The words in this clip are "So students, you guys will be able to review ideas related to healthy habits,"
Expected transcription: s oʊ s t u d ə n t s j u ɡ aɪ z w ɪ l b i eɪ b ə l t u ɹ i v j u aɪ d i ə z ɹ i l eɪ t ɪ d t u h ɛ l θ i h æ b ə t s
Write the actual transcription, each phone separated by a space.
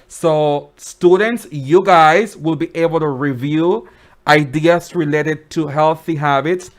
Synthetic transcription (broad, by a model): s oʊ s t u d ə n t s j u ɡ aɪ z w ɪ l b i eɪ b ə l t u ɹ i v j u aɪ d i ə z ɹ i l eɪ t ɪ d t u h ɛ l θ i h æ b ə t s